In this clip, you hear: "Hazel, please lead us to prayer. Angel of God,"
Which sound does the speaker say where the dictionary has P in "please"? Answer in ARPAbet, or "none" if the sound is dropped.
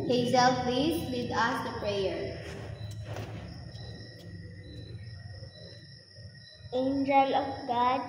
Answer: F